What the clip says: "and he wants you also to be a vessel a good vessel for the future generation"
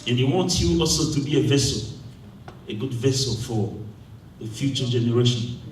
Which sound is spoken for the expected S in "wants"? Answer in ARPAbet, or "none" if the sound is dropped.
none